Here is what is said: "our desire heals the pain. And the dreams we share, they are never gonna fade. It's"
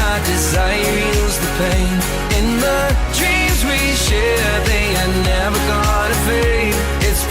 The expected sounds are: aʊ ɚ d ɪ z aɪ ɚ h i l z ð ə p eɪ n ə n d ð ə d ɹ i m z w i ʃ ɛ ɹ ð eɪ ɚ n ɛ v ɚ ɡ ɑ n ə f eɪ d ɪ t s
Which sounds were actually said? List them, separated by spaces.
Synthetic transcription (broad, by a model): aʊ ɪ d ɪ z aɪ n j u z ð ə p eɪ n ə n ð ə d ɹ i m z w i ʃ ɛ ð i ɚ n ɛ v ɚ ɡ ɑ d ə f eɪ ɪ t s